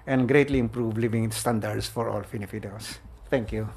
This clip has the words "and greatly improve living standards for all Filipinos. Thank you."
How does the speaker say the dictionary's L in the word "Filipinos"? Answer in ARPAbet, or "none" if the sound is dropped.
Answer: N